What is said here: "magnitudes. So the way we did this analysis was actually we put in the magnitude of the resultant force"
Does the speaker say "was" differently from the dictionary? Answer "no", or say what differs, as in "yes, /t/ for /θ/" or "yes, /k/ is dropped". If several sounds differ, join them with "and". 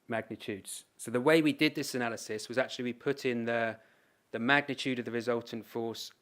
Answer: no